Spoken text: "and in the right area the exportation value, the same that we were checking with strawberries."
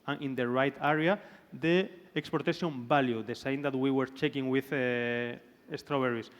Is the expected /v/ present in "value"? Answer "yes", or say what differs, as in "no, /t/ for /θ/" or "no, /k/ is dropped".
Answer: no, /b/ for /v/